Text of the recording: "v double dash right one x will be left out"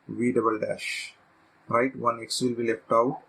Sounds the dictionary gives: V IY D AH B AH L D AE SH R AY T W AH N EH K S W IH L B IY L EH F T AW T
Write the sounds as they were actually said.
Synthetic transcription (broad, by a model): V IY D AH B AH L D AE SH R AY T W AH N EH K S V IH L B IY L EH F T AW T